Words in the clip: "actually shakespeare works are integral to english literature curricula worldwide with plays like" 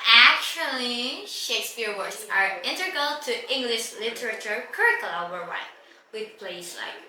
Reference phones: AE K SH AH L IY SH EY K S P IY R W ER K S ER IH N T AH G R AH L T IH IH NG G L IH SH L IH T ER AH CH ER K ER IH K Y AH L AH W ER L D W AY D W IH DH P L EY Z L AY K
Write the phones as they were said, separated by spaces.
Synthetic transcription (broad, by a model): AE K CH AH L IY SH EY K S P IY R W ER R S ER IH N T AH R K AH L T IH IH NG G L IH SH L IH T ER AH CH ER K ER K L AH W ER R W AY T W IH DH P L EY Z L AY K